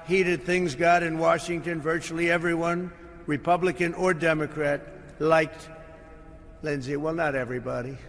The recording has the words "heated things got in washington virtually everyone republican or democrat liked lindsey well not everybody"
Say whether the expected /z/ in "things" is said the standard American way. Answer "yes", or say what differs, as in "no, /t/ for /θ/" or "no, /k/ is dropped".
yes